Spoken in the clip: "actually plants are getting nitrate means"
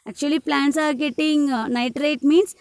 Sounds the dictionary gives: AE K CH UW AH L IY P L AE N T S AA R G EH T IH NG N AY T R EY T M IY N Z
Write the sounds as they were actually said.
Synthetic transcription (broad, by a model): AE K CH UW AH L IY P L AE N T S AA R G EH T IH NG N AY T R EY T M IY N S